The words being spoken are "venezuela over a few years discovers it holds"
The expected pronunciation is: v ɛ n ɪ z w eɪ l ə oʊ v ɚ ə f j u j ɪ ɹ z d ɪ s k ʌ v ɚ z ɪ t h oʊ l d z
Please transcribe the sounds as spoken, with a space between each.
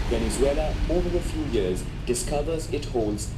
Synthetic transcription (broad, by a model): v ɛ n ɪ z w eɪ l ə oʊ v ɚ ə f j u j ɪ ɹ z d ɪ s k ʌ v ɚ z ɪ t h oʊ l d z